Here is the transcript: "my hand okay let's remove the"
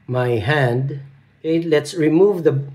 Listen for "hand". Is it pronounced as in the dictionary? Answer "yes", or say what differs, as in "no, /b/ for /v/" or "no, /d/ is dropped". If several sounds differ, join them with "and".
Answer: yes